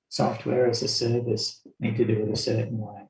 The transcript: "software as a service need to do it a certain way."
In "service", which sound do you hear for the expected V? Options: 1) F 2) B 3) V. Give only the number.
3